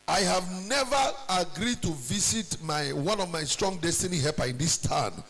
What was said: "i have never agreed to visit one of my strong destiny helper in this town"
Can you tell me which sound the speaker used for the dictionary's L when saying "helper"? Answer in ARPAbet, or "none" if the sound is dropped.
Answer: none